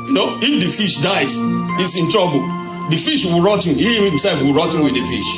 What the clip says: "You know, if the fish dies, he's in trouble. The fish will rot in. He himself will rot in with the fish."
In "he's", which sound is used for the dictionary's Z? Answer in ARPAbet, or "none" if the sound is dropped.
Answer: S